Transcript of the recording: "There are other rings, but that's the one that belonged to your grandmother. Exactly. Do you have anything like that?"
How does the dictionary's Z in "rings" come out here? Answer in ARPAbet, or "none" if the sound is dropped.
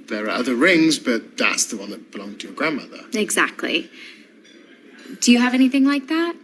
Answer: Z